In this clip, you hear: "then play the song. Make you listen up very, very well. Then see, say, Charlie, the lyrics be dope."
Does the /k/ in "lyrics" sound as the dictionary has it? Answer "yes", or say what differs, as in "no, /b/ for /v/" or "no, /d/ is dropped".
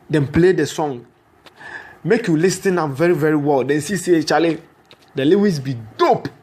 no, /k/ is dropped